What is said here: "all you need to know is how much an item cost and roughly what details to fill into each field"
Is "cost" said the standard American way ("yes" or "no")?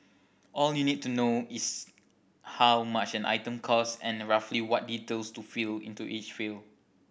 no